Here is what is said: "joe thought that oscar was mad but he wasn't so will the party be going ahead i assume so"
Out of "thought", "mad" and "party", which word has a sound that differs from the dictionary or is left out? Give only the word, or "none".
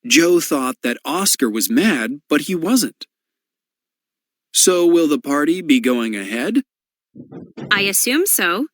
none